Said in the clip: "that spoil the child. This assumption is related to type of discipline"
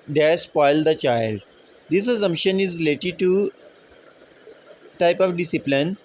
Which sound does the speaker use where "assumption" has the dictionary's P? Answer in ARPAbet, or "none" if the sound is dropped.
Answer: none